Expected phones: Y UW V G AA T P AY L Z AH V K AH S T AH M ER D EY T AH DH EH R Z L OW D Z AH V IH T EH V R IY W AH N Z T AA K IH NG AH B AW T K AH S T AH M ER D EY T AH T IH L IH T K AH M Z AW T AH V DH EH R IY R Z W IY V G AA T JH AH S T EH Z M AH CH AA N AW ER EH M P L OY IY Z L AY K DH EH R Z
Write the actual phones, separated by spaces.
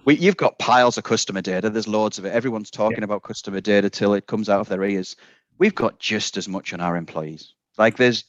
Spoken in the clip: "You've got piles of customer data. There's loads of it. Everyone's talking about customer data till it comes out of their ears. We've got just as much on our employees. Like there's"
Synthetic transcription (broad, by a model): Y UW V G AA T P AY L Z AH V K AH S T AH M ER D EY T AH DH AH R Z L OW D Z AH V IH T EH V R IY W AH N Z T AA K IH NG AH B AW T K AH S T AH M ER D EY T AH T IH L IH T K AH M Z AW T AH V DH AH R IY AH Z W IY V G AA T JH AH S T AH Z M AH CH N AW ER EH M P L OY IY Z L AY K DH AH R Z